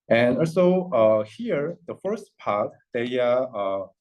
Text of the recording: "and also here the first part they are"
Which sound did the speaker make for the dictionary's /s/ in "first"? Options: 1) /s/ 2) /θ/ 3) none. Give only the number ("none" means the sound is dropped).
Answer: 1